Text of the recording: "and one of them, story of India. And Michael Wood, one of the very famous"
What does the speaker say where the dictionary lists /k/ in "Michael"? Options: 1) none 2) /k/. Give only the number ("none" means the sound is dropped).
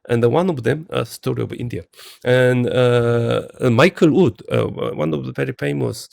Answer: 2